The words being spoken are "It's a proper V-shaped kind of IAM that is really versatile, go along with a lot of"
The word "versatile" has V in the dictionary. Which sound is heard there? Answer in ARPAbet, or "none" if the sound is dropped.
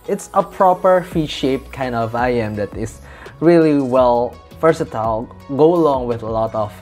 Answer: F